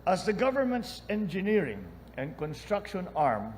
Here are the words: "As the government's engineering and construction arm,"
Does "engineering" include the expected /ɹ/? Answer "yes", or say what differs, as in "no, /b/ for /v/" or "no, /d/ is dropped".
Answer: yes